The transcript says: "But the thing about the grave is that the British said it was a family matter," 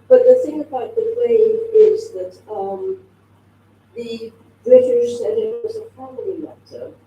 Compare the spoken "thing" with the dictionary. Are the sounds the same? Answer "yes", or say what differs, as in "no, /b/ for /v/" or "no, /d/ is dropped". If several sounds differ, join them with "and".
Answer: yes